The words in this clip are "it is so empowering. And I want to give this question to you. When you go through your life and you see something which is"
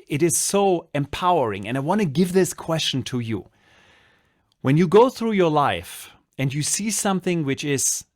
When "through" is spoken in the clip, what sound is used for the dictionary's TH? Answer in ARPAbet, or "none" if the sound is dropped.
TH